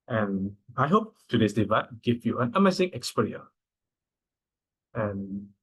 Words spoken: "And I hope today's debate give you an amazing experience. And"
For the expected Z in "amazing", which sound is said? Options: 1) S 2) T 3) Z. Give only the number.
1